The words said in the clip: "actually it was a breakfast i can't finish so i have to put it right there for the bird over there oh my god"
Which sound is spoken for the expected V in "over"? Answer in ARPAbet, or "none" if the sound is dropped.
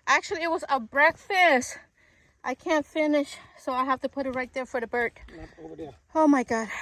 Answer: none